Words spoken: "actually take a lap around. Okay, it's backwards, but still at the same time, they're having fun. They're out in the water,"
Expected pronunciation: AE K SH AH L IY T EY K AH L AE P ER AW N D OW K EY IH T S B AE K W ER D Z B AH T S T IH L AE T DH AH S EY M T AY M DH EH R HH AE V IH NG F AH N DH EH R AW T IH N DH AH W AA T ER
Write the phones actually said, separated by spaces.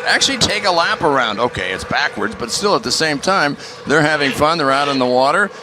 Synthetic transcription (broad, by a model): AE K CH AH L IY T EY K AH L AE P ER AW N D OW K EY IH T S B AE K W ER D Z B AH T S T IH L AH T DH AH S EY M T AY M DH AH R HH AE V IH NG F AH N DH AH R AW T IH N DH AH W AA T ER